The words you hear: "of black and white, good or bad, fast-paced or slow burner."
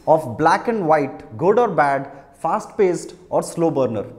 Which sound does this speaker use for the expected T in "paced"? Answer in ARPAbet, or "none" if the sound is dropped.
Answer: T